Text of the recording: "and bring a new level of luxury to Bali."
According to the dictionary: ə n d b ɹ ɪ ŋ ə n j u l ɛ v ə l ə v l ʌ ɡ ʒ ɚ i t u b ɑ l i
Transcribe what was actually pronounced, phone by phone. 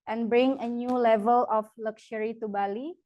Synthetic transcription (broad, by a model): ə n b ɹ ɪ ŋ ə n j u l ɛ v ə l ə f l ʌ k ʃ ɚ i t u b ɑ l i